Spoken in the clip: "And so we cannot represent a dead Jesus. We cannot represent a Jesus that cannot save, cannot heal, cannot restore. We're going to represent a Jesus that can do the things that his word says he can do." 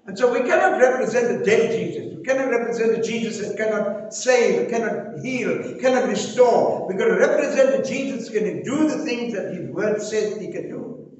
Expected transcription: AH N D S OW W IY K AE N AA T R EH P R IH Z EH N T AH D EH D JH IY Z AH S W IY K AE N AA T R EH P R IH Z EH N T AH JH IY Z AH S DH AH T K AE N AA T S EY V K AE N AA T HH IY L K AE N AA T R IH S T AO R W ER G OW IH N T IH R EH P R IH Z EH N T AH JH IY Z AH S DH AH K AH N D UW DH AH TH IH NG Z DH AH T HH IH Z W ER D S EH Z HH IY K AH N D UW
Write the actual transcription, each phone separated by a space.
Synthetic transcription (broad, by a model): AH N S OW W IY K AE N AA T R EH P R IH Z EH N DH AH D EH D JH IY Z AH S W IY K AE N AA T R EH P R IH Z EH N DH AH JH IY Z AH S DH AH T K AE N AA T S EY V K AE N AA T HH IY L K AE N AA T R IH S T AO R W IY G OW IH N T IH R EH P R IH Z EH N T AH JH IY Z AH S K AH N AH D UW DH AH TH IH NG Z DH AH T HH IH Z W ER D S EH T HH IY K AH N D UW